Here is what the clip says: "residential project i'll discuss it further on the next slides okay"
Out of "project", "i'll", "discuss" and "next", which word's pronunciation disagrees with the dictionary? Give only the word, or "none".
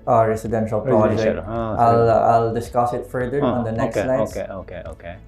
project